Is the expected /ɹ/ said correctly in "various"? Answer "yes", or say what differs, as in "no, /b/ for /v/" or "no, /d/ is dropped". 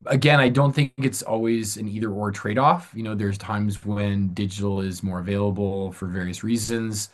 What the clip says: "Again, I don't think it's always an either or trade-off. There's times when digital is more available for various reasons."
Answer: yes